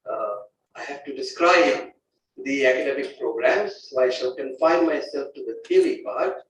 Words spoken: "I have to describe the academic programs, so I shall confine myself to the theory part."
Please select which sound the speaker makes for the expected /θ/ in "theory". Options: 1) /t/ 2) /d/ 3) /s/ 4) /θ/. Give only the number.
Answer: 1